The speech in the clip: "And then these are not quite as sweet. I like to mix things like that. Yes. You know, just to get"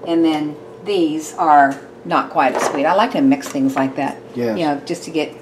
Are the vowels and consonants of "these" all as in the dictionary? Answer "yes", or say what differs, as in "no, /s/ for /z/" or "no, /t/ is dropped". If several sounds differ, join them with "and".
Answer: yes